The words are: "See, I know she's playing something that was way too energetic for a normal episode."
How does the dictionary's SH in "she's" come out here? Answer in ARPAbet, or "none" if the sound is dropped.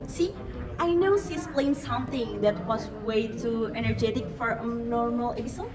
S